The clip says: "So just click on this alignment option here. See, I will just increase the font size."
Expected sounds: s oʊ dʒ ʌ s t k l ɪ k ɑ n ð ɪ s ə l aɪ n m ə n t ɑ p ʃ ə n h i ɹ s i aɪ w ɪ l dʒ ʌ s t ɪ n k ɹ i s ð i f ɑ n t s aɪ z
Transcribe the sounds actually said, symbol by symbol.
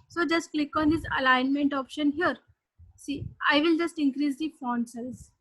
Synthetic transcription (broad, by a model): s oʊ dʒ ʌ s t k l ɪ k ɑ n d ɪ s ə l aɪ n m ə n t ɑ p ʃ ə n h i ɹ s i aɪ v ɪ l dʒ ʌ s t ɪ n k ɹ i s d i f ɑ n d s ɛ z